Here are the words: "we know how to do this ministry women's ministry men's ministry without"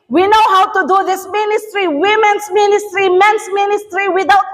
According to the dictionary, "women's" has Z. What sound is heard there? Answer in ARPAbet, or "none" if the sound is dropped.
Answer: S